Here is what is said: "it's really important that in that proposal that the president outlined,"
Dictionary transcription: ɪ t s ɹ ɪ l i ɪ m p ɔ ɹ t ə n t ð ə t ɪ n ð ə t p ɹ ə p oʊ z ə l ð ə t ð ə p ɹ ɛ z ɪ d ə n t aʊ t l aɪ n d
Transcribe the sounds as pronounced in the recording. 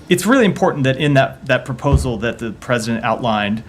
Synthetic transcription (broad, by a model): ɪ t s ɹ ɪ l i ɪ m p ɔ ɹ t n ð ə t ɪ n ð ə t p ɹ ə p oʊ z l ð ə t ð ə p ɹ ɛ z ɪ d ə n t aʊ t l aɪ n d